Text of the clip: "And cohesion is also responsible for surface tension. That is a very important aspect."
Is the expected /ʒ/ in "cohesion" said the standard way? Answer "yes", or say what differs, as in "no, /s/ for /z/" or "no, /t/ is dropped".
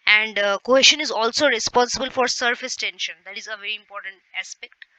no, /ʃ/ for /ʒ/